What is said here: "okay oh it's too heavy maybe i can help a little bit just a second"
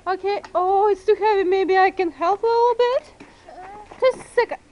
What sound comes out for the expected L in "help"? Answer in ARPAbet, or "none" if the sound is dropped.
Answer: L